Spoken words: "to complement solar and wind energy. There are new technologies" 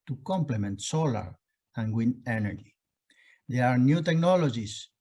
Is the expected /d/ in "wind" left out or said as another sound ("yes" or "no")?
yes